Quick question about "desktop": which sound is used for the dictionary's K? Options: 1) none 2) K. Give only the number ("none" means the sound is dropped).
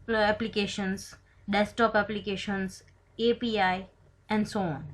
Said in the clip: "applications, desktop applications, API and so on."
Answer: 1